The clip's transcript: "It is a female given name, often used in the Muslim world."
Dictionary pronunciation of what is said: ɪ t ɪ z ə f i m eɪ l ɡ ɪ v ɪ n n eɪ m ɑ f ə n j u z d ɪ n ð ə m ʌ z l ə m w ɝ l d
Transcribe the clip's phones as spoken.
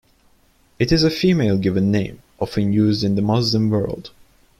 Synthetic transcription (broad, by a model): ɪ t ɪ z ə f i m eɪ l ɡ ɪ v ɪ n n eɪ m ɑ f ə n j u z d ɪ n ð ə m ʌ z l ə m w ɝ l d